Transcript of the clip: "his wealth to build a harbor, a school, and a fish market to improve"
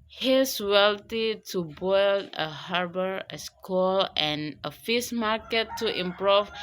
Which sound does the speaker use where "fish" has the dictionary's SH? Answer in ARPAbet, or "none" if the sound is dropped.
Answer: S